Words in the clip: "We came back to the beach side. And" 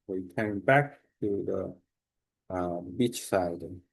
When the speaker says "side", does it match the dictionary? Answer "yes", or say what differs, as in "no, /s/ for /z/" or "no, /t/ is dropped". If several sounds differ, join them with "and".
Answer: no, /d/ is dropped